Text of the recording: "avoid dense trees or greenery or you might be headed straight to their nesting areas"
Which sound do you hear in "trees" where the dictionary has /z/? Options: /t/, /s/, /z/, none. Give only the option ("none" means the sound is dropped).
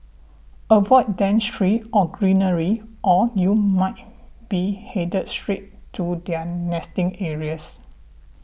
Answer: none